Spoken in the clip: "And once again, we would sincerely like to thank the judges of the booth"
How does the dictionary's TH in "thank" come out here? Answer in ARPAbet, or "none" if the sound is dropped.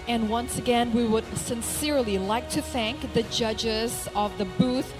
TH